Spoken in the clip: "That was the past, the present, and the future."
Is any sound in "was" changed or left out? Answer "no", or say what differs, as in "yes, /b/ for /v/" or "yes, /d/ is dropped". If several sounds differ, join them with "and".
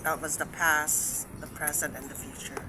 no